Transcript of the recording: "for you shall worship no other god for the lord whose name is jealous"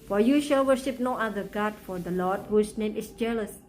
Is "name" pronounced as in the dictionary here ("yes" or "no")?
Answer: yes